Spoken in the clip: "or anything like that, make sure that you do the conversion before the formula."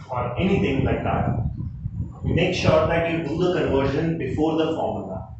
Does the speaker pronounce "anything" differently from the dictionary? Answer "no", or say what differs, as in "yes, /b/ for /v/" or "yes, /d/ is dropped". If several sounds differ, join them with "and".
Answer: yes, /t/ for /θ/